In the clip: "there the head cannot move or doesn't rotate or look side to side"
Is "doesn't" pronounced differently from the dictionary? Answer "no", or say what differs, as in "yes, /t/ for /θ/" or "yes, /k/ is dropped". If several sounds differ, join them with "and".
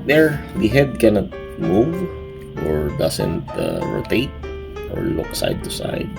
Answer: yes, /s/ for /z/